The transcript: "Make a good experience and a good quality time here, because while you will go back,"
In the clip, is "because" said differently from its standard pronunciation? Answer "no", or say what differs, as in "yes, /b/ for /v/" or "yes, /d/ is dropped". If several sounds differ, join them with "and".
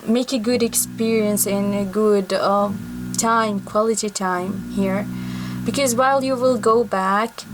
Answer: no